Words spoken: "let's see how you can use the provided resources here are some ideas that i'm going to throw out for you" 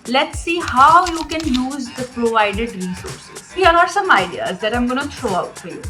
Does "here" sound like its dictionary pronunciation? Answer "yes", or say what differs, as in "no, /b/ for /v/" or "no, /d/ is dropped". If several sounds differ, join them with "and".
no, /l/ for /ɹ/